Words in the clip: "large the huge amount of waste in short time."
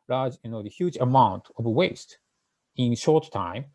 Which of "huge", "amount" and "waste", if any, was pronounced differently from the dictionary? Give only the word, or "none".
none